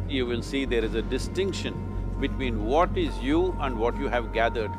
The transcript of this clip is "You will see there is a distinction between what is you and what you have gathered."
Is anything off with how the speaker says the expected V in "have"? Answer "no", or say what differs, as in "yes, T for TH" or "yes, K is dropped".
no